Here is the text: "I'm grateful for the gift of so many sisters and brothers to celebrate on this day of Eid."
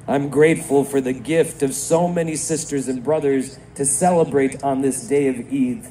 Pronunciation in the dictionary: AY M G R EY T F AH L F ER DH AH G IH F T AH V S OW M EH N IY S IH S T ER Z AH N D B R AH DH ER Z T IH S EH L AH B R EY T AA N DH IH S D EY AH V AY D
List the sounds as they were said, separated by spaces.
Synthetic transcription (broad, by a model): AY M G R EY T F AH L F ER DH AH G IH F T AH V S OW M EH N IY S IH S T ER Z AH N B R AH DH ER Z T IH S EH L AH B R EY T N DH IH S D EY AH V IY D